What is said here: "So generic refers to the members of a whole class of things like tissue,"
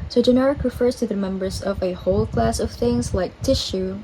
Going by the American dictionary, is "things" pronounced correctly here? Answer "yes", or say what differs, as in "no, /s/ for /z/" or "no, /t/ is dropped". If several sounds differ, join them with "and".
yes